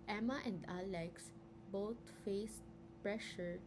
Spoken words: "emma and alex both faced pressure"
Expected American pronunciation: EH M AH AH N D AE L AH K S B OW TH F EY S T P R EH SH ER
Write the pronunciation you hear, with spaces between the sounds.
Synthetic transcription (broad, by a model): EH M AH AH N D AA L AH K S B OW T F EY S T P R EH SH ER